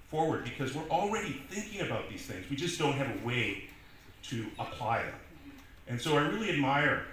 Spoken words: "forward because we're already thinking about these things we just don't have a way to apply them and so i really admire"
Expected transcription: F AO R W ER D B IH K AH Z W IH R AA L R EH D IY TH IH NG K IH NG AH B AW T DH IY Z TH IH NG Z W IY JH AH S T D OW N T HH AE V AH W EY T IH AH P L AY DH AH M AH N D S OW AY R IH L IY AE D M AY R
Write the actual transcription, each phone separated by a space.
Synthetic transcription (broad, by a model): F AO R W ER D B IH K AH Z W IH R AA L R EH D IY TH IH NG K IH NG AH B AW T DH IY Z TH IH NG Z W IY JH AH S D OW N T HH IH V AH W EY T IH AH P L AY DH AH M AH N S OW AY R IH L IY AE D M AY R